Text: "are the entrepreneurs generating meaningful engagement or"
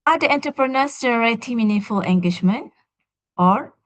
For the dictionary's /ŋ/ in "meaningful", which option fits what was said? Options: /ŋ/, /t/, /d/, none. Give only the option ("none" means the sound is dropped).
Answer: none